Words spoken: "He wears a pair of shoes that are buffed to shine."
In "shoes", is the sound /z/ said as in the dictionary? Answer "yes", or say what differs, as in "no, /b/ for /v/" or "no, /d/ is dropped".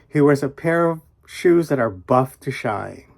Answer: yes